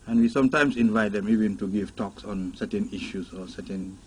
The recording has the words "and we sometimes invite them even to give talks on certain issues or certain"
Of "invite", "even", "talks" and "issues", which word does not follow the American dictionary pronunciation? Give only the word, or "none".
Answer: issues